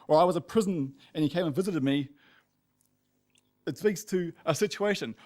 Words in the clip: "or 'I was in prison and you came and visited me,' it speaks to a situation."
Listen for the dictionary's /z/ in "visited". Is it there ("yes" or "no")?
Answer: yes